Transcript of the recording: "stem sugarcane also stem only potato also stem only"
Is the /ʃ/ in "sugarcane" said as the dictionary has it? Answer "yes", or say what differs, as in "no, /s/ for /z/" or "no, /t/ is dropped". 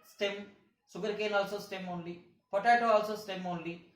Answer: no, /s/ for /ʃ/